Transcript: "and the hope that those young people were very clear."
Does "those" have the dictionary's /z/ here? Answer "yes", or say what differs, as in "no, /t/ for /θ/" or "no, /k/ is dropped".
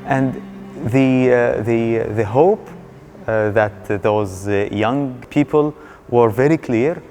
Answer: yes